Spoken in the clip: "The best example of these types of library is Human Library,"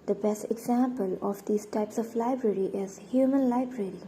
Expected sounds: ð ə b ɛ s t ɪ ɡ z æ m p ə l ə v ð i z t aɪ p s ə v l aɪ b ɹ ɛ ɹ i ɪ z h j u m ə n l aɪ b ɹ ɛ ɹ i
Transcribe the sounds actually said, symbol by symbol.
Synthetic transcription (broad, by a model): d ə b ɛ s t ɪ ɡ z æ m p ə l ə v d i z t aɪ p s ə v l aɪ b ɹ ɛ ɹ i ɪ z h j u m ə n l aɪ b ɹ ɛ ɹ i